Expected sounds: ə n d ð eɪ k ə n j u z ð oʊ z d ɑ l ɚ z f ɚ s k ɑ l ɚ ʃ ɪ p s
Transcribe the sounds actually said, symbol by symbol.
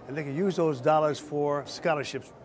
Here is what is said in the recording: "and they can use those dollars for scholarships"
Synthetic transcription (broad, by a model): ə n ð eɪ k ə n j u z ð oʊ z d ɑ l ɚ z f ɚ s k ɑ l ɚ ʃ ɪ p s